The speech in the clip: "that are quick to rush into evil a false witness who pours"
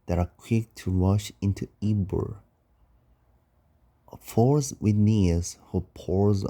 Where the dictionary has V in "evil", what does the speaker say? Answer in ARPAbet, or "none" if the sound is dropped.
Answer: B